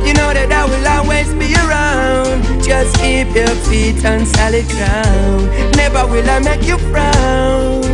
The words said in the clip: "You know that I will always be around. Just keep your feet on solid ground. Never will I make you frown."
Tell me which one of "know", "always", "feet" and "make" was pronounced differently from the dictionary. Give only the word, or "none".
always